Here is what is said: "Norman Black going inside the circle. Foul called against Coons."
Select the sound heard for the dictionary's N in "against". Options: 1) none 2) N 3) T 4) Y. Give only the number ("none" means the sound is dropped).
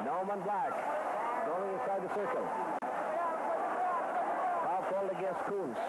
1